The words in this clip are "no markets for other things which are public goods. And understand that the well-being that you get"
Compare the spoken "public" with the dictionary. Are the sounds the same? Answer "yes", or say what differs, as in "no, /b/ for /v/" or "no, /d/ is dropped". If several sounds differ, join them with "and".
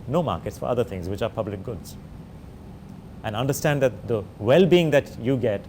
yes